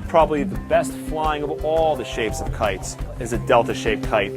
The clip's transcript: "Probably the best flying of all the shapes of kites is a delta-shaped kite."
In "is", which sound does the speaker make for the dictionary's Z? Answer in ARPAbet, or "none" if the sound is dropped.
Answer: Z